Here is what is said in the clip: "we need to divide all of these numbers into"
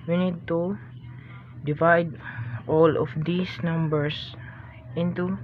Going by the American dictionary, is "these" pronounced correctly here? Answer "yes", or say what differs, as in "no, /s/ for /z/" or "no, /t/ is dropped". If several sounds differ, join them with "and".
no, /s/ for /z/